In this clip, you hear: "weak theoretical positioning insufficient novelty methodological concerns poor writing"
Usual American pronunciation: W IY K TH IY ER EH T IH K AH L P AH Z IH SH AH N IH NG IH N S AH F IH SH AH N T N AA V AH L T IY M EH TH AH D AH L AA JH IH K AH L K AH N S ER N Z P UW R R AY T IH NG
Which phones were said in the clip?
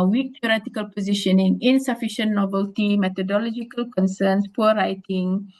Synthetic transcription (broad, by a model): W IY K T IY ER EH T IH K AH L P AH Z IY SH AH N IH NG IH N S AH F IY SH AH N N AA B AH L T IY M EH T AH D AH L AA JH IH K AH L K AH N S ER N S P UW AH R AY T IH NG